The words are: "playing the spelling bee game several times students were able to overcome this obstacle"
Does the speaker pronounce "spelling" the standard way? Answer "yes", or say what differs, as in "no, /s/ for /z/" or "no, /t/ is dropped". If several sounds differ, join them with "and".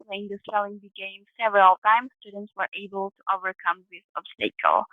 no, /p/ is dropped